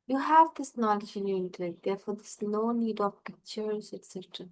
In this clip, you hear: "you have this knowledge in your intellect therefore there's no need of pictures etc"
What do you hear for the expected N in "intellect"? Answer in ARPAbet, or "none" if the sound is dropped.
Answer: none